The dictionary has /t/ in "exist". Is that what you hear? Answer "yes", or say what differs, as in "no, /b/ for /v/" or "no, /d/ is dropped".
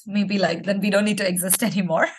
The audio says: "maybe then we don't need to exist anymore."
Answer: yes